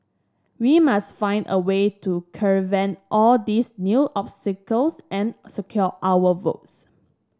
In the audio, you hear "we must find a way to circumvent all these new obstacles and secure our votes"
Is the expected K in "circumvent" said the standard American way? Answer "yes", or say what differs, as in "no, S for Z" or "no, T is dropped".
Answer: no, K is dropped